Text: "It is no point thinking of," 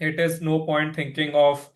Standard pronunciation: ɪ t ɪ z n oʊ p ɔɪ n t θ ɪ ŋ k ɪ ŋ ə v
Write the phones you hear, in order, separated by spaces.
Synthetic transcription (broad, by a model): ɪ t ɪ z n oʊ p ɔɪ n t t ɪ ŋ k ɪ ŋ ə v